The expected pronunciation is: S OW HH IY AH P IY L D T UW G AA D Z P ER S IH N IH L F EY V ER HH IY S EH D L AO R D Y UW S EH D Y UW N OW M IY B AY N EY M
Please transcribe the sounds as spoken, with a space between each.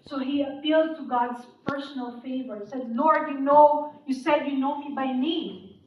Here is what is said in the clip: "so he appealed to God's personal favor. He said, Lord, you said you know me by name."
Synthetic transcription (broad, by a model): S OW HH IY AH P IY L D T UW G AA D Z P ER S IH N IH L F EY V ER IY S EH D N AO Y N Y UW S EH D Y UW N OW M IY B AY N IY